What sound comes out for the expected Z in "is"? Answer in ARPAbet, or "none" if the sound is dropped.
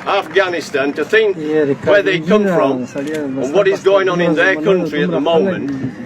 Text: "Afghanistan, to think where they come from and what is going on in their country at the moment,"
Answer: Z